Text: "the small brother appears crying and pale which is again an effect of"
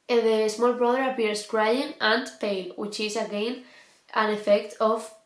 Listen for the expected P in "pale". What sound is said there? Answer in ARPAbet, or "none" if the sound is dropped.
P